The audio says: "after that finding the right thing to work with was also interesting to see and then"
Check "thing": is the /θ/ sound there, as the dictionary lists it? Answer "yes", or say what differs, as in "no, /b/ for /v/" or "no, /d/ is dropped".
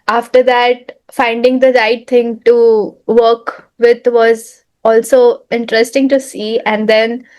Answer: no, /t/ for /θ/